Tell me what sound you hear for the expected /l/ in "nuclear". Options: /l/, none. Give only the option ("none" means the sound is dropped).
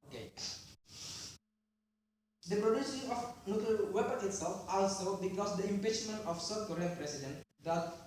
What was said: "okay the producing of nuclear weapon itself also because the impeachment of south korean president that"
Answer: none